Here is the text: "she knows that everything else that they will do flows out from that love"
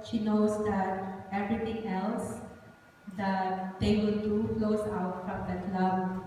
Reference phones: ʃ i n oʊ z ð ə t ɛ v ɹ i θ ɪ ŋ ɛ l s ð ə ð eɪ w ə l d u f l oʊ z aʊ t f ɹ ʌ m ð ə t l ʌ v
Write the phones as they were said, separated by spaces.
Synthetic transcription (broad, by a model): ʃ i n oʊ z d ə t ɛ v ɹ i t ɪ ŋ ɛ l s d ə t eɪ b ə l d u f l oʊ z aʊ t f ɹ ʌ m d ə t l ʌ